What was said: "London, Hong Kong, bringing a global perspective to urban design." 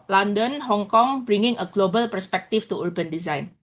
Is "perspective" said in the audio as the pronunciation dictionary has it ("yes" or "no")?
no